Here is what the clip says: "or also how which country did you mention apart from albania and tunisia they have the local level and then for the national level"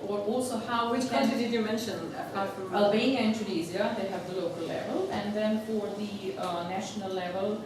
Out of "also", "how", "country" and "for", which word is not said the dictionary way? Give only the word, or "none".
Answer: country